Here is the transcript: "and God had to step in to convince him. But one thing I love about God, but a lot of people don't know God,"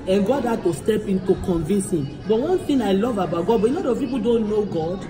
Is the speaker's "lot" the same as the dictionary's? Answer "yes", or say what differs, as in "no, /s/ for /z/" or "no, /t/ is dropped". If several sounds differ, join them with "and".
no, /n/ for /l/